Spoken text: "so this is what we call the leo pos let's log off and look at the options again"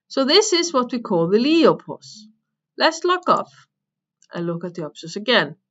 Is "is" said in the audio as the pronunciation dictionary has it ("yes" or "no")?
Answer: yes